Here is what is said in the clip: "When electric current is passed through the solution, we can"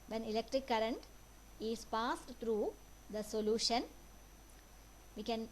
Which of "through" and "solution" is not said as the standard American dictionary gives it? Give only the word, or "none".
through